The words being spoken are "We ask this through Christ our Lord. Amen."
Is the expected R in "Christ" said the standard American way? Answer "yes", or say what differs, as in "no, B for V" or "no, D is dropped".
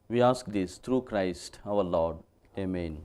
yes